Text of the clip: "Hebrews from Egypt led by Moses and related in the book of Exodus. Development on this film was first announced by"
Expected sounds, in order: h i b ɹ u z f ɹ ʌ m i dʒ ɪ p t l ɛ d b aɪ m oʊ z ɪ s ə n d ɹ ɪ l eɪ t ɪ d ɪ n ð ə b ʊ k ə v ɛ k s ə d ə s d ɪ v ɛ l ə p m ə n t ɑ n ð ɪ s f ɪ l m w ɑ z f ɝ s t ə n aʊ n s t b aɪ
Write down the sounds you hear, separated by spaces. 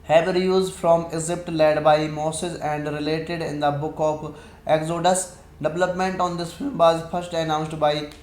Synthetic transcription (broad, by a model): h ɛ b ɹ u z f ɹ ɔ m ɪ z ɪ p t l ɛ d b aɪ m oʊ s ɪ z ə n d ɹ ɪ l eɪ t ɪ d ɪ n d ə b ʊ k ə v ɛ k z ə d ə s d ɪ v ɛ l ə p m ə n t ɑ n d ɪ s f ɪ l m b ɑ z f ɝ s t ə n aʊ n s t b aɪ